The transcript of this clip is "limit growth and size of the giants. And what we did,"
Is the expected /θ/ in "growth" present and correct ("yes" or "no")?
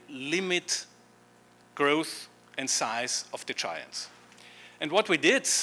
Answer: yes